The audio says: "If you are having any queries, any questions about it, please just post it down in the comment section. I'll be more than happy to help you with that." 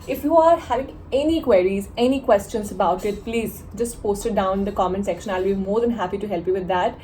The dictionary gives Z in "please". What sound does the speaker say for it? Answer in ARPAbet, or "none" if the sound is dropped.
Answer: Z